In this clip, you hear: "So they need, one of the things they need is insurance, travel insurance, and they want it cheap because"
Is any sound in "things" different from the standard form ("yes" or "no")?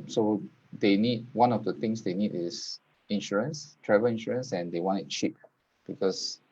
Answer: yes